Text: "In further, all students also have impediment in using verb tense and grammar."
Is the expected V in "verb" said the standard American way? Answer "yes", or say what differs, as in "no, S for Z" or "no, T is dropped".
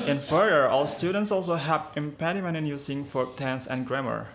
no, F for V